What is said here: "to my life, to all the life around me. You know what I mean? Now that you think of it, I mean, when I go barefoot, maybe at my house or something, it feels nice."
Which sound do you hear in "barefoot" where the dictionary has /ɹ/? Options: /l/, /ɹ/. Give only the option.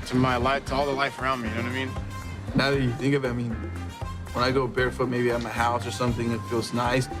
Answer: /ɹ/